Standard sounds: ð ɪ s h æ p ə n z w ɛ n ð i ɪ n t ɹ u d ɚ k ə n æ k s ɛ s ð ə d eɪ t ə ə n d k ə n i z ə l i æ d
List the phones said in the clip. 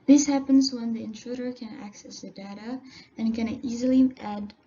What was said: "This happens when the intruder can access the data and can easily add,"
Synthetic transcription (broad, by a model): ð ɪ s h æ p ə n z w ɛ n ð i ɪ n t ɹ u d ɚ k ə n æ k s ɛ s ð ə d eɪ t ə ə n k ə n i z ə l i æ d